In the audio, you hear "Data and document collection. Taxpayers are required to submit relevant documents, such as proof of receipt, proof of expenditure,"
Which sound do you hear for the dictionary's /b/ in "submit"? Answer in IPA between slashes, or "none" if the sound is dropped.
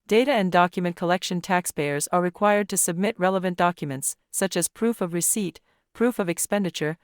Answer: /b/